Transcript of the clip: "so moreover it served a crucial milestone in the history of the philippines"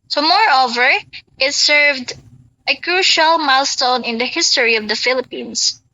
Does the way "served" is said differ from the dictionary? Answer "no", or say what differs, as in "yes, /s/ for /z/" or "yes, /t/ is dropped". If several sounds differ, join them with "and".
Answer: no